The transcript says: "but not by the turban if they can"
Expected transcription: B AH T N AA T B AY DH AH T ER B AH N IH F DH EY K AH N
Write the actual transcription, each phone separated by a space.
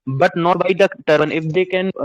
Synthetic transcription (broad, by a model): B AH T N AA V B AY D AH T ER AH N IH F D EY K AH N